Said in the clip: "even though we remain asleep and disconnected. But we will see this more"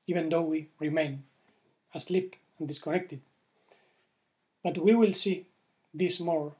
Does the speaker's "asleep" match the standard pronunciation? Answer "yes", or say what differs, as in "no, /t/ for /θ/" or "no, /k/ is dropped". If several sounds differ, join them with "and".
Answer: yes